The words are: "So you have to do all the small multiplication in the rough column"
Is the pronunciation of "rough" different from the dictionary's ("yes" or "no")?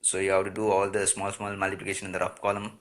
yes